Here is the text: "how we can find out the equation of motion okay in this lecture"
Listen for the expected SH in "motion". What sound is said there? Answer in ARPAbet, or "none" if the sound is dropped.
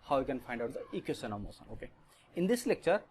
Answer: S